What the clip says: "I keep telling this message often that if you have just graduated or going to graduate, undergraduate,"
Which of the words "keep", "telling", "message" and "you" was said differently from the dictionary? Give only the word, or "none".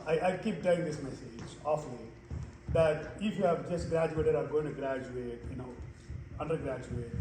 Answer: telling